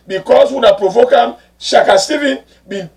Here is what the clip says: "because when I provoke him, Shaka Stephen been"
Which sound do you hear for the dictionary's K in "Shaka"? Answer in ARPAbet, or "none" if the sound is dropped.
K